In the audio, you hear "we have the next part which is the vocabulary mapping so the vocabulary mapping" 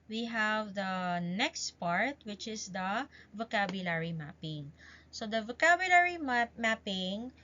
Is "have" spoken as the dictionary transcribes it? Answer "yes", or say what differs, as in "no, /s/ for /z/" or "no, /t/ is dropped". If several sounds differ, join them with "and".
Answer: yes